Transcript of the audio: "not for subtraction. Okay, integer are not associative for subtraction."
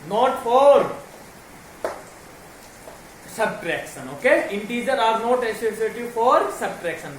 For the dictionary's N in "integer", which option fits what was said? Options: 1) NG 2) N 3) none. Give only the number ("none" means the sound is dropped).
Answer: 2